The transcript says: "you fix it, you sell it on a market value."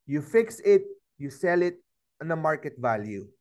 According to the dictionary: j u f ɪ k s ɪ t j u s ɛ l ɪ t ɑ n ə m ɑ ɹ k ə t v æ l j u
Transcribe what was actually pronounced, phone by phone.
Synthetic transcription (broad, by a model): j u f ɪ k s ɪ t j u s ɛ l ɪ t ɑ n ə m ɑ ɹ k ə t v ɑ l j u